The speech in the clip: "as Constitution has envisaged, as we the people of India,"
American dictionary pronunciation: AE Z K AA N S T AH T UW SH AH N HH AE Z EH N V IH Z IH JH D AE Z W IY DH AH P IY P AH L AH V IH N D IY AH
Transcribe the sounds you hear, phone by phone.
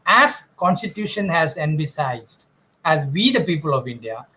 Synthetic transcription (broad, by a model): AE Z K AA N S T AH T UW SH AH N HH AE Z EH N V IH S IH Z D AE Z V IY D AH P IY P AH L AH V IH N D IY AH